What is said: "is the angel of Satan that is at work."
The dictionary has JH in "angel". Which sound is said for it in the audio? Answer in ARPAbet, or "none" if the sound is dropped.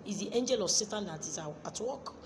JH